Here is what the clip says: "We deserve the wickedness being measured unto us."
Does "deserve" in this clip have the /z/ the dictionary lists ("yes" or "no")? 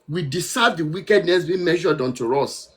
no